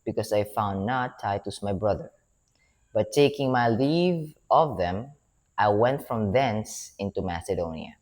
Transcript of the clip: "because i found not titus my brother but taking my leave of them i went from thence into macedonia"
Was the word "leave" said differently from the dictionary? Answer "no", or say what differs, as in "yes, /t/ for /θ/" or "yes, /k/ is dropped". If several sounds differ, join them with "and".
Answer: no